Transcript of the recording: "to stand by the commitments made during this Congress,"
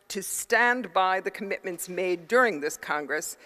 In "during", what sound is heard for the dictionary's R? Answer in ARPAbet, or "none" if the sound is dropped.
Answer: R